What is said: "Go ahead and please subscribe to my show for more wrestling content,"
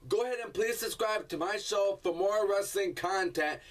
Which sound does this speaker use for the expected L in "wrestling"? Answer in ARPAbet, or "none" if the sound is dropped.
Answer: L